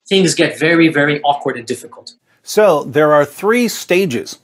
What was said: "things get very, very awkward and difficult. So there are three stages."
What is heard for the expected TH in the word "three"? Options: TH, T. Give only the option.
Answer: TH